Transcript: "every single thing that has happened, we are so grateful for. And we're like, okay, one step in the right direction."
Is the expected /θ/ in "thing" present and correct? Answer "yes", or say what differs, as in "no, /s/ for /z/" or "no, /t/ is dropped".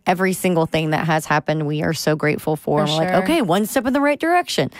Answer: yes